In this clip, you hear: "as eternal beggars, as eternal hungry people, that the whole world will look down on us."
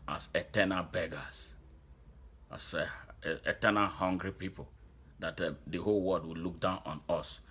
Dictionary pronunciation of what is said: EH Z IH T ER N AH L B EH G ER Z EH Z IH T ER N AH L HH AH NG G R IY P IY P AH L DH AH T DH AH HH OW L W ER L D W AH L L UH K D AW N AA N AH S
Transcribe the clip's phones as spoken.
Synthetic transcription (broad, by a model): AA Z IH T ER N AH L B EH G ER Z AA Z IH T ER N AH L HH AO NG G R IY P IY P AH L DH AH T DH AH HH OW L W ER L D W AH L L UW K D AW N AA N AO S